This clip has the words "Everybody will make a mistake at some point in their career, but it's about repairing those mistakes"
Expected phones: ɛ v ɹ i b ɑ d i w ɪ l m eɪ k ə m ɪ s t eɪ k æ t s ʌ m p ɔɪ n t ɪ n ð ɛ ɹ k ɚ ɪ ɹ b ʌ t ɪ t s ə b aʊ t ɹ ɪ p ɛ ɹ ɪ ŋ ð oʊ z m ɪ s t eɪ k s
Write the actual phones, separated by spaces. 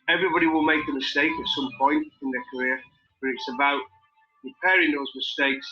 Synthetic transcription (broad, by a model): ɛ v ɹ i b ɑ d i w ɪ l m eɪ k ə m ɪ s t eɪ k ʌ t s ʌ m p ɔɪ n t ɪ n ð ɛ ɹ k ɚ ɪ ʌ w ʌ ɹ ɪ t s ə b aʊ t ɹ ɪ p ɛ ɹ ɪ ŋ ð oʊ z m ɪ s t eɪ k s